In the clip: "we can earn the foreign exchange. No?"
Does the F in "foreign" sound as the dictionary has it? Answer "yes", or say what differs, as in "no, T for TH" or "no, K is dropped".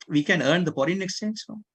no, P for F